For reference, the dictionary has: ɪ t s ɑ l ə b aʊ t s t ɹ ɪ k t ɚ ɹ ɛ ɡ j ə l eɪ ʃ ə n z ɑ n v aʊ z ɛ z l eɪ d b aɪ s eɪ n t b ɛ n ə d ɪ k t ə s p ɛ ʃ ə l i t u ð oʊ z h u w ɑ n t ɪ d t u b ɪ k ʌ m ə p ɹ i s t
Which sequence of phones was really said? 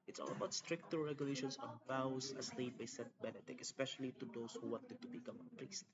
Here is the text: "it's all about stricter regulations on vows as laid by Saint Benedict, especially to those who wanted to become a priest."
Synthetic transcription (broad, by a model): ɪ t s ɑ l ə b aʊ t s t ɹ ɪ k t ɚ ɹ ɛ ɡ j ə l eɪ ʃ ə n s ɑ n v aʊ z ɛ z l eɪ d b aɪ s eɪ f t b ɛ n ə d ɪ k ə s p ɛ ʃ ə l i t u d oʊ s h u w ɑ n t ɪ d t u b ɪ k ʌ m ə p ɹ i s t